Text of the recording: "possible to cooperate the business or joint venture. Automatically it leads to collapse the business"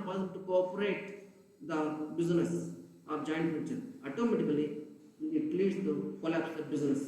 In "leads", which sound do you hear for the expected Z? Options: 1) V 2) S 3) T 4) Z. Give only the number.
2